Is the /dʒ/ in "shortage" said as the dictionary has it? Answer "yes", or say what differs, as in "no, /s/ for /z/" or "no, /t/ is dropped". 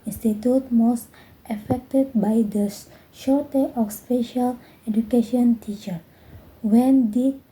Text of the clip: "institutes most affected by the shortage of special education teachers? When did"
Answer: no, /dʒ/ is dropped